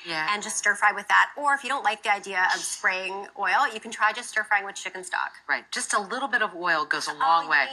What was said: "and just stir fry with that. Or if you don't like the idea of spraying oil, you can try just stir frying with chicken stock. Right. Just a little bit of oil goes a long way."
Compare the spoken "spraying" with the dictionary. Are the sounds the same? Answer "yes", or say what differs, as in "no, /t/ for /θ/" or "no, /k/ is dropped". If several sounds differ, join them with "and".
yes